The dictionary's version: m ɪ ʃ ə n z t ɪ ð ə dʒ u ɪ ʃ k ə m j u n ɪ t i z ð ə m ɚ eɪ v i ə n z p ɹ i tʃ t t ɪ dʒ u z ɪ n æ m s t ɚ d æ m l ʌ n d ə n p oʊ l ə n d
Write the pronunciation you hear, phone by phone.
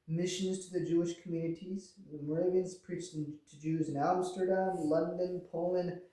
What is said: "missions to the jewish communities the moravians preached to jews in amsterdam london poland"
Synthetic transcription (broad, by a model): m ɪ ʃ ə n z t ɪ ð ə dʒ u ɪ ʃ k m j u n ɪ t i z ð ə m ɚ eɪ v i ə n z p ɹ i tʃ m t ɪ dʒ u z ɪ n æ m s t ɚ d æ m l ʌ n d ə n p oʊ l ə n